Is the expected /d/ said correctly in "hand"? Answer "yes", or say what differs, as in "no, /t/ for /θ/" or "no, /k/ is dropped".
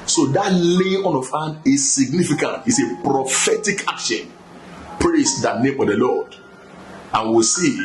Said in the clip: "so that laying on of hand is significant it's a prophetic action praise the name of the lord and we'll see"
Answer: no, /d/ is dropped